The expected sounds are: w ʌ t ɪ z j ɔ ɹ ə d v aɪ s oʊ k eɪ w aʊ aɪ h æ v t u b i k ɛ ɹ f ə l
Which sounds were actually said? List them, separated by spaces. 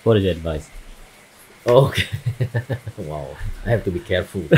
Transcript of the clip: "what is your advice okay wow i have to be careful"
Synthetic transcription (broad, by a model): w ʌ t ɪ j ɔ ə d v aɪ s oʊ k eɪ w aʊ aɪ h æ f t u b i k ɛ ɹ f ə l